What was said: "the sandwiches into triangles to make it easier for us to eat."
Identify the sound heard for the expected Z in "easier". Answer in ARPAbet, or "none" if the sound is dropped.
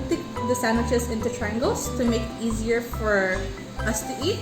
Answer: Z